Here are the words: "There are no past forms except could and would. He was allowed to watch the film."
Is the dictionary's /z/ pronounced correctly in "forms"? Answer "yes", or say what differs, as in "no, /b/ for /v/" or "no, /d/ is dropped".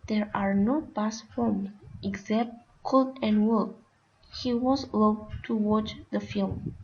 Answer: no, /z/ is dropped